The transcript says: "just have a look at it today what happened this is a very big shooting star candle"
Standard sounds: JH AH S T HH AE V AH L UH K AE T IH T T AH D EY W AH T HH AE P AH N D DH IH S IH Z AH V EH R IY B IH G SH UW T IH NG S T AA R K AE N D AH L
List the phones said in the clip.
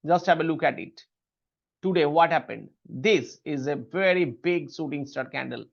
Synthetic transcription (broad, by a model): JH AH S T HH AE V AH L UH K AE T IH T T AH D EY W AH T HH AE P AH N D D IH S IH Z AH V EH R IY B IH G S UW T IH NG S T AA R K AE N D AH L